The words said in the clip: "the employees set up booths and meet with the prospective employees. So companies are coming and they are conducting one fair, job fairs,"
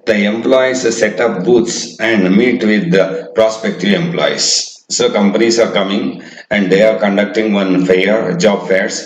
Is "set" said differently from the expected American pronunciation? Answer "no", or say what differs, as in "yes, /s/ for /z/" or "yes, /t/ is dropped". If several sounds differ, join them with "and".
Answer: no